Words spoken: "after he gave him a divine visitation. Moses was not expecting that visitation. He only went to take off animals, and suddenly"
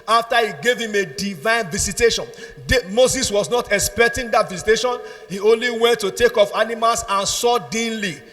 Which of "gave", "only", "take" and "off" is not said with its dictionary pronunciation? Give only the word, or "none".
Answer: none